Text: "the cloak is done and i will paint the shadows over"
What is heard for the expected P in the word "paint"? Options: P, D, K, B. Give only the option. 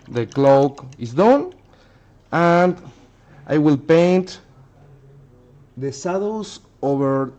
P